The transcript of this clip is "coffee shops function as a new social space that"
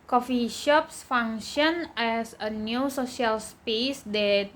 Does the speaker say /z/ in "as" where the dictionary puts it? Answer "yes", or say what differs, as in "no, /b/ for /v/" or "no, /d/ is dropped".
no, /s/ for /z/